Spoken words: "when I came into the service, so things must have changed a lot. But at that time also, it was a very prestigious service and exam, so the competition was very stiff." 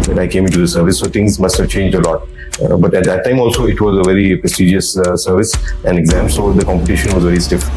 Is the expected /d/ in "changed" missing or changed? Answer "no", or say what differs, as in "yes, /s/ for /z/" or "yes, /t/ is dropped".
no